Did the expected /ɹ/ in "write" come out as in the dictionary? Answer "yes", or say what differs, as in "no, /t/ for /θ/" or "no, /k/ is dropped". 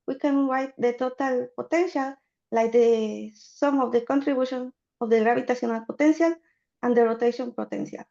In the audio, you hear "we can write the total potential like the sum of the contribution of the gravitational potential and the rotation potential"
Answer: no, /w/ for /ɹ/